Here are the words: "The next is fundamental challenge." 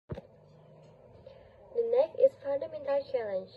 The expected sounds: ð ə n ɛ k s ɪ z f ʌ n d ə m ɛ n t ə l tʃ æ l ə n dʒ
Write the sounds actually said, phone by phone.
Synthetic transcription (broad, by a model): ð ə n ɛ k ɪ s f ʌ n d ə m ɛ n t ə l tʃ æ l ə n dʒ